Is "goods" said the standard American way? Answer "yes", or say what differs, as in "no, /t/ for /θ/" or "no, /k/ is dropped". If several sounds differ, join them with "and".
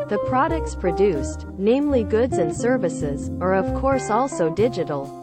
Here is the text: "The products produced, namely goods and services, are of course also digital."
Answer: yes